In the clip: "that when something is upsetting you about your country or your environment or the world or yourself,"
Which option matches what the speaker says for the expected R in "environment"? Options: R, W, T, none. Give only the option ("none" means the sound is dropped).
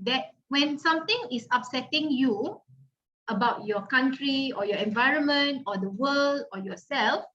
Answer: R